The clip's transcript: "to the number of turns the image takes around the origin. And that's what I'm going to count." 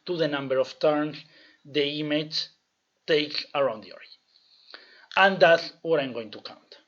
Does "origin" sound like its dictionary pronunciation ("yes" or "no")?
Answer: no